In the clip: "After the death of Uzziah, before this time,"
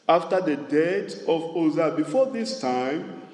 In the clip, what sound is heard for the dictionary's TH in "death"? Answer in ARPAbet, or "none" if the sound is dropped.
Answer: T